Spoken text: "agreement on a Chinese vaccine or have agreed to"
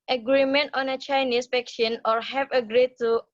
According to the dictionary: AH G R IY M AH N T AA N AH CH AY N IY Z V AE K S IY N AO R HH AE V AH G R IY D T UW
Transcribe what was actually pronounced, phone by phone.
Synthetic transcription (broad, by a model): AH G R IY M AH N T AA N AH CH AY N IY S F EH K SH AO N AO R HH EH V AH G R IY D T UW